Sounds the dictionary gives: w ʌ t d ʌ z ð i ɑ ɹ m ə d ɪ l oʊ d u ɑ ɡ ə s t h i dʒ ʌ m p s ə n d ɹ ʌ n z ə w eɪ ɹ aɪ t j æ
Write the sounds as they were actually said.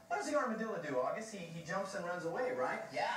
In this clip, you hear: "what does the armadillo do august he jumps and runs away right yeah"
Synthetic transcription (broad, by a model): w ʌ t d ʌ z ð i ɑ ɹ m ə d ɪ l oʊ d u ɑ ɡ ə s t h i dʒ ʌ m p s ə n ɹ ʌ n z ə w eɪ ɹ aɪ t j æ